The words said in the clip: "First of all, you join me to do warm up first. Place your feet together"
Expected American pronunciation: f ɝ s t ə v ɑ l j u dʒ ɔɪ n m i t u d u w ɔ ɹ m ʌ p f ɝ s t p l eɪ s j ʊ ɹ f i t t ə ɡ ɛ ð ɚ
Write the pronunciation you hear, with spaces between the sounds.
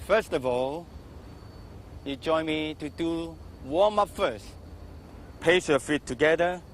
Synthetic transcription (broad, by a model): f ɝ s t ə v ɑ l j u dʒ ɔɪ n m i t u d u w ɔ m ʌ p f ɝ s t p eɪ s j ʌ f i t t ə ɡ ɛ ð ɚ